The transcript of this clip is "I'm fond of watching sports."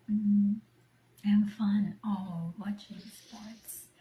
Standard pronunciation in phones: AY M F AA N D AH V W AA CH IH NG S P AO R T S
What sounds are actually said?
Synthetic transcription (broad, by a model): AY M F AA N AH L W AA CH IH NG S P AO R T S